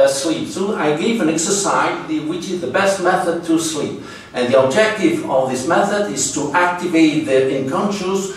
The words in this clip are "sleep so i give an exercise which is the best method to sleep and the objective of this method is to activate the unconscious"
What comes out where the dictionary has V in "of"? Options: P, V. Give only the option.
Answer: V